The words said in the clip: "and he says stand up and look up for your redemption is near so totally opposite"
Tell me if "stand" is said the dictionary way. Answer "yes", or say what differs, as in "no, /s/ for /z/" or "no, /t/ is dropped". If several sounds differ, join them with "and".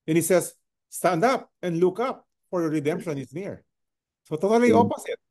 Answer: yes